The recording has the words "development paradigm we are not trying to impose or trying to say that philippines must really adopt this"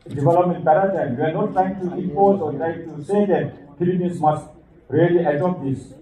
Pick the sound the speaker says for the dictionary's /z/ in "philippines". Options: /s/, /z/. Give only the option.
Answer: /s/